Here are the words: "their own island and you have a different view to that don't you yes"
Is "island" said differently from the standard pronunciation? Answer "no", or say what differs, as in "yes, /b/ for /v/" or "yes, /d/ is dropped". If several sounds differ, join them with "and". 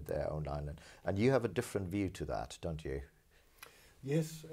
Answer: yes, /n/ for /l/ and /d/ is dropped